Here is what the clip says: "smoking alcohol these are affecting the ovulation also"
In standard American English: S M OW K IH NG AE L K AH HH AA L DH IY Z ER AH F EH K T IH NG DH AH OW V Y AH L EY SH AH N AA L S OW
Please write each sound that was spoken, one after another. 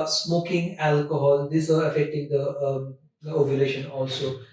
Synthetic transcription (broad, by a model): S M OW K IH NG AE L K AH HH AA L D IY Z ER AH F EH K T IH NG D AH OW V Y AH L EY SH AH N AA L S OW